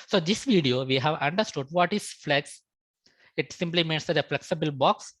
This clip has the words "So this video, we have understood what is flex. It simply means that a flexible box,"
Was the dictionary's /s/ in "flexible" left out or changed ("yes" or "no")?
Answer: no